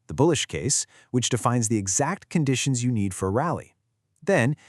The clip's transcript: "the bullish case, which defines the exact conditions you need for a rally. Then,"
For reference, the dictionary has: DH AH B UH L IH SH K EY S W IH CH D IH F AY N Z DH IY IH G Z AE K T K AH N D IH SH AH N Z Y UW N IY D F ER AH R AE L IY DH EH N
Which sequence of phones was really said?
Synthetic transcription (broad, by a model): DH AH B UH L IH SH K EY S W IH CH D IH F AY N Z DH IY IH G Z AE K T K AH N D IH SH AH N Z Y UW N IY D F ER R AE L IY DH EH N